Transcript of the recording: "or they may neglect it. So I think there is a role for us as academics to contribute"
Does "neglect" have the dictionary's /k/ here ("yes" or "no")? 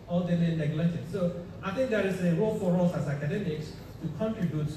no